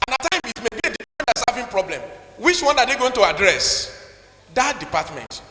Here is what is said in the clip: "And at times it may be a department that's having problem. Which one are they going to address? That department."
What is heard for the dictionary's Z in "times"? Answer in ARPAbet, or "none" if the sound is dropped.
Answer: none